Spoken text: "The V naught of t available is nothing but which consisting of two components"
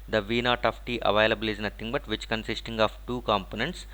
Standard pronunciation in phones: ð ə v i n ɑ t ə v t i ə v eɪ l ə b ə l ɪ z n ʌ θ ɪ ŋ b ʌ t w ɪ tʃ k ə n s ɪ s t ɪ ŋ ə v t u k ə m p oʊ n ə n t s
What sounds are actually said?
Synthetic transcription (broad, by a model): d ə v i n ɑ t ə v t i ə v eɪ l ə b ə l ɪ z n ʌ t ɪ ŋ b ʌ t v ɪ tʃ k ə n s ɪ s t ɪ ŋ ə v t u k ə m p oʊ n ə n t s